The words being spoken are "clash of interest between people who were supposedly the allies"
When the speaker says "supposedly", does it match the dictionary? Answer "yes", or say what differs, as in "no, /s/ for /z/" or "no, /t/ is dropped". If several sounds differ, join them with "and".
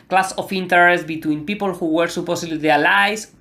no, /s/ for /z/